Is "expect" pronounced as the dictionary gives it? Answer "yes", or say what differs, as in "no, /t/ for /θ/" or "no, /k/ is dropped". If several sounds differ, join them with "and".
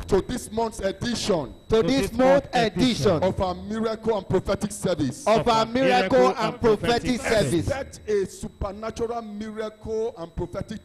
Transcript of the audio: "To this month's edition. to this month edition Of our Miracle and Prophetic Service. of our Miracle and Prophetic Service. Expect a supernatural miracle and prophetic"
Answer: no, /p/ is dropped